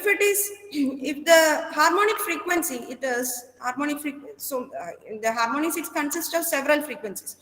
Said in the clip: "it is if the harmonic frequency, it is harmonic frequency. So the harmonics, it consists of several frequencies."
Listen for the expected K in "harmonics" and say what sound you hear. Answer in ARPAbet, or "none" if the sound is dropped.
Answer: none